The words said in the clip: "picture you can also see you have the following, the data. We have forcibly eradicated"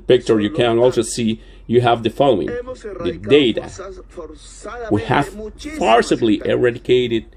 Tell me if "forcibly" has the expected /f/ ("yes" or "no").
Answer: no